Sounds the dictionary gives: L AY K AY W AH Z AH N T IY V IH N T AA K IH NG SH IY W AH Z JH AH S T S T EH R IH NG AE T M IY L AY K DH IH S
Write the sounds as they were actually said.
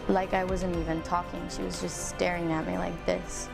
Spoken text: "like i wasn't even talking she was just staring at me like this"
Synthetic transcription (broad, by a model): L AY K AY W AH Z AH N T IY V IH N T AA K IH NG SH IY W AH Z JH AH S T S T EH R IH NG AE T M IY L AY K DH IH S